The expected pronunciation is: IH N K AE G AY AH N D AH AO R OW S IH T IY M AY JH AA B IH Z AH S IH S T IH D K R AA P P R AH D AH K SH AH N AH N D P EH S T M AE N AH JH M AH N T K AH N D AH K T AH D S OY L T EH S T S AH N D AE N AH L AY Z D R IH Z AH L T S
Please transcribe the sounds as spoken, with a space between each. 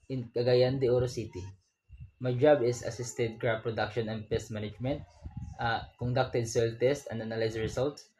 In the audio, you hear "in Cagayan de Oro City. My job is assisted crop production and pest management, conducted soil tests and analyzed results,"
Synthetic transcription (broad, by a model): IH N K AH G AY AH N D AH AO R OW S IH T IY M AY JH AA B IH S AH S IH S T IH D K R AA B P R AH D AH K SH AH N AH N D P EH S T M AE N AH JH M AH N T K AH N D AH K T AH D S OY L T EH S T AH N D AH N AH L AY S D R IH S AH L T S